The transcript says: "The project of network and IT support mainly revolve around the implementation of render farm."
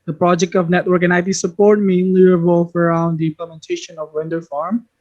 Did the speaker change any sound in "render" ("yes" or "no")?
yes